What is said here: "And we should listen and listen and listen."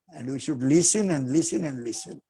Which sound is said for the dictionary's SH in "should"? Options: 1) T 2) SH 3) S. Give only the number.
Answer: 2